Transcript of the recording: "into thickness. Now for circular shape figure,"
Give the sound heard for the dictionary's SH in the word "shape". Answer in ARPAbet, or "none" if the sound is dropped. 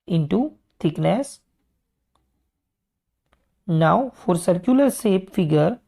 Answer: S